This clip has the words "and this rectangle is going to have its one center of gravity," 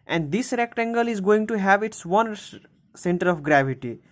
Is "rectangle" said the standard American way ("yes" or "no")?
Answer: yes